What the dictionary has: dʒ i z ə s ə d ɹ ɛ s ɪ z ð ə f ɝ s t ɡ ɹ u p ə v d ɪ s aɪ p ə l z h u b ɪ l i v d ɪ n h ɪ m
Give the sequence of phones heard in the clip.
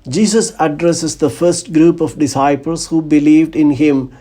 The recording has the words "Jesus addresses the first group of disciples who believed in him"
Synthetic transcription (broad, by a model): dʒ i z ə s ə d ɹ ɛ s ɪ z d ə f ɝ s t ɡ ɹ u p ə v d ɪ s aɪ p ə l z h u b ɪ l i v d ɪ n h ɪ m